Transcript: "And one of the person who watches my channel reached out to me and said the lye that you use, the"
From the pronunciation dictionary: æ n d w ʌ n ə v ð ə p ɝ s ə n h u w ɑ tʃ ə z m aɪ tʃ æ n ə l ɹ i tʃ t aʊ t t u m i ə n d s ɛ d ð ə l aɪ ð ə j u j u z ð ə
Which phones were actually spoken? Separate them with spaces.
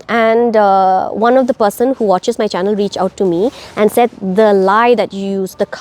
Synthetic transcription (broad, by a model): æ n d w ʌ n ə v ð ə p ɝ s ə n h u w ɑ tʃ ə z m aɪ tʃ æ n ə l ɹ i tʃ aʊ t t u m i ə n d s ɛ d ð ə l aɪ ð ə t j u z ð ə